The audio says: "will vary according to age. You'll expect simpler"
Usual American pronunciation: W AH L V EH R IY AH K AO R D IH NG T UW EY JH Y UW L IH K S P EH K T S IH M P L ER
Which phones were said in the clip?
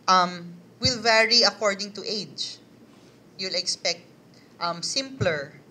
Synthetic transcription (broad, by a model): W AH L V EH R IY AH K AO R D IH NG T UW EY JH Y UW L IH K S P EH K T S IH M P L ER